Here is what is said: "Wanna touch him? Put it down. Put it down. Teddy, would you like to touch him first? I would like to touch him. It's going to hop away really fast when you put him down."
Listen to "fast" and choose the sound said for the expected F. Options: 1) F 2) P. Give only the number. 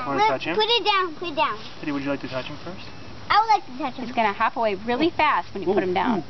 1